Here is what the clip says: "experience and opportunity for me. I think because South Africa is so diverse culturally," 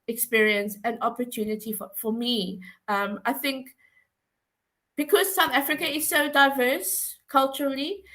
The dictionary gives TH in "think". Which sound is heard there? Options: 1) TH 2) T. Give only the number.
1